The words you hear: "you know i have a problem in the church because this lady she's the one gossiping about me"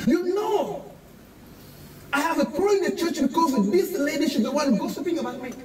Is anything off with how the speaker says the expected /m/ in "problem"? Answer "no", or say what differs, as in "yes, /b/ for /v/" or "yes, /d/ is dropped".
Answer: yes, /m/ is dropped